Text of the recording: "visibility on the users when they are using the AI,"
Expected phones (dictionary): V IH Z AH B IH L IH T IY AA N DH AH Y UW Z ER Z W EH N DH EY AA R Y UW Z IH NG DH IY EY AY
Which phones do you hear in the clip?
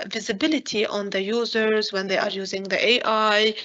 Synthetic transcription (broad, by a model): V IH Z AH B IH L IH T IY AA N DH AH Y UW Z ER Z W EH N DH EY AA R Y UW Z IH NG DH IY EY AY